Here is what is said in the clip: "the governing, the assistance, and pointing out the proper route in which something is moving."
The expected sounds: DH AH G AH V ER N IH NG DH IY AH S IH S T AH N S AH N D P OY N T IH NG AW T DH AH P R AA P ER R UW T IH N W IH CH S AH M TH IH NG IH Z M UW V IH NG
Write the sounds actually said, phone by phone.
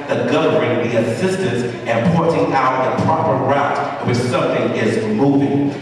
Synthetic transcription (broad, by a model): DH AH G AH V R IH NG DH IY AH S IH S T AH N S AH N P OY T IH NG AW T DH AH P R AA P ER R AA IH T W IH S AH M TH IH NG IH Z M UW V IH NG